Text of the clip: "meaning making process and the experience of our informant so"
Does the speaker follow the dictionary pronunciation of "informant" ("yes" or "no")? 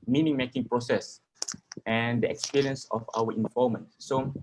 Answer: no